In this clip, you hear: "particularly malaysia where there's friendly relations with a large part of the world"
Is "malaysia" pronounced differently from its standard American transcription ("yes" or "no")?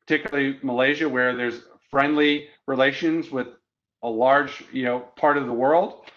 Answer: no